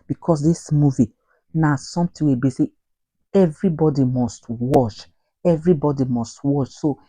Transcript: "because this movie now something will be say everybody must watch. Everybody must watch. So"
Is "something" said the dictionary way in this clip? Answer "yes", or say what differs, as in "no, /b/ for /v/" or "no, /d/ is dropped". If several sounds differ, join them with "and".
no, /t/ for /θ/